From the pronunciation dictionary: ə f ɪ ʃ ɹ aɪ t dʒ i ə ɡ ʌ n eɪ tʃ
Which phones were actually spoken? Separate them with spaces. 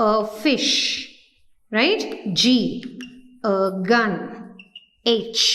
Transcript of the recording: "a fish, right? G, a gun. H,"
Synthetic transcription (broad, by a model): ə f ɪ ʃ ɹ aɪ t dʒ i ə ɡ ʌ n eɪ tʃ